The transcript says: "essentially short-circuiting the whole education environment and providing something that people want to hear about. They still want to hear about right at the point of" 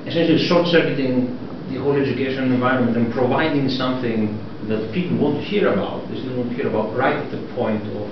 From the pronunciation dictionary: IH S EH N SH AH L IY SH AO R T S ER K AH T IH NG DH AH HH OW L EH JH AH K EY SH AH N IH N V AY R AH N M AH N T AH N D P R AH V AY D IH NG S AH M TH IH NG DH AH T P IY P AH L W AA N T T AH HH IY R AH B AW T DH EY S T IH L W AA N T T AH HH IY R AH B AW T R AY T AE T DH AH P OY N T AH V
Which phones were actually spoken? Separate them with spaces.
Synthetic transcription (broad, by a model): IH S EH N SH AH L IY S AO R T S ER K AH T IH NG DH AH HH OW L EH JH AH K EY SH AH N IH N V AY R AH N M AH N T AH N P R AH V AY D IH NG S AH M TH IH NG DH AH T P IY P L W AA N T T HH IY R AH B AW T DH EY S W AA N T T HH IY R AH B AW T R AY T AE T DH AH P OY N T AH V